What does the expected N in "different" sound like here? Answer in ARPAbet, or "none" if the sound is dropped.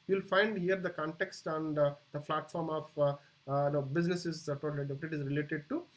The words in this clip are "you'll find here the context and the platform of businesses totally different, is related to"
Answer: none